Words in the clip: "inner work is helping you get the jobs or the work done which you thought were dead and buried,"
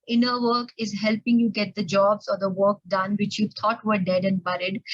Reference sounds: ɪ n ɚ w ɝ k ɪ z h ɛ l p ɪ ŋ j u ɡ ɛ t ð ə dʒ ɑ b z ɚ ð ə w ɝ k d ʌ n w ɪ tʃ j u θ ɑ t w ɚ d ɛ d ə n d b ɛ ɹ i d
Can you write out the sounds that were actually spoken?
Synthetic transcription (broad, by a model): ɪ n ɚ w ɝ k ɪ z h ɛ l p ɪ ŋ j u ɡ ɛ t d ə dʒ ɑ b z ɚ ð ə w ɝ k d ʌ n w ɪ tʃ j u t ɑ t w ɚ d ɛ d ə n d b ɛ ɹ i d